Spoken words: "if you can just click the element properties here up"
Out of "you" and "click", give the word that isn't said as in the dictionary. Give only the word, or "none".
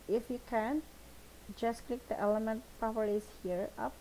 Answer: none